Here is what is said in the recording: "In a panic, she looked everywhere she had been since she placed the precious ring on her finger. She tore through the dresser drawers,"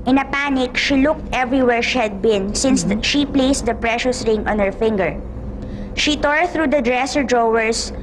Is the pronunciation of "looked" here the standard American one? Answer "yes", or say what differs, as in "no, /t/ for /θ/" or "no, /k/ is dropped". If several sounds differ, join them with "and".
yes